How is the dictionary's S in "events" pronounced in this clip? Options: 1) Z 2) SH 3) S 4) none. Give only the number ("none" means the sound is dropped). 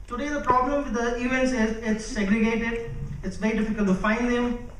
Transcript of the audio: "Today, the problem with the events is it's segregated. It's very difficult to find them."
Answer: 3